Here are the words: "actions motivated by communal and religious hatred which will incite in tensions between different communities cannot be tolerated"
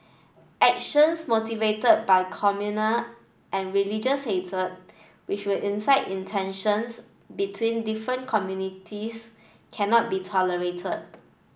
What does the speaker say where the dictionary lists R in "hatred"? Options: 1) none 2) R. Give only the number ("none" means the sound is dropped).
1